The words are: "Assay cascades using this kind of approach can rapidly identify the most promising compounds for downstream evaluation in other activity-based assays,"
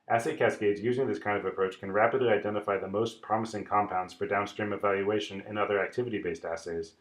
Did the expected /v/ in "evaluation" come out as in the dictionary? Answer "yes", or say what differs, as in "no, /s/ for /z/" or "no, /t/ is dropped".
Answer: yes